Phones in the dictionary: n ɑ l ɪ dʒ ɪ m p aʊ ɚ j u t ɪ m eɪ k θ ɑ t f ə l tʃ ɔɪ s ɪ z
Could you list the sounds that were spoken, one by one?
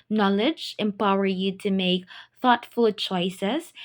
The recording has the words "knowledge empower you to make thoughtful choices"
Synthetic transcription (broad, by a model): n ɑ l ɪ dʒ ɪ m p aʊ ɚ j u t ɪ m eɪ k θ ɑ t f ə l tʃ ɔɪ s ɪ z